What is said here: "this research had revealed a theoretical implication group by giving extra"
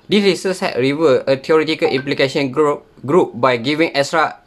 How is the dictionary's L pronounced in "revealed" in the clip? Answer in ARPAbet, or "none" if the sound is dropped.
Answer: none